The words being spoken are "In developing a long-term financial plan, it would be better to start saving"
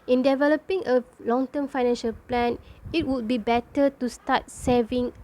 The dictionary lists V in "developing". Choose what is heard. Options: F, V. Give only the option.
V